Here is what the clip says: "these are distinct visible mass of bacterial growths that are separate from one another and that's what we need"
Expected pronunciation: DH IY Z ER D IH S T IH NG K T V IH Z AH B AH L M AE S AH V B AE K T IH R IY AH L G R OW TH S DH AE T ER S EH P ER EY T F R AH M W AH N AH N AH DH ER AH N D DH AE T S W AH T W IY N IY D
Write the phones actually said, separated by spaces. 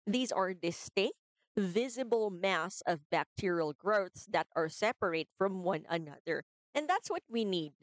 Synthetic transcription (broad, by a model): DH IY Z ER D IH S T IH NG K T V IH Z AH B AH L M AE S AH V B AE K T IH R IY AH L G R OW TH S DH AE T ER S EH P ER EY T F R AH M W AH N AH N AH DH ER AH N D DH AE T S W AH T W IY N IY D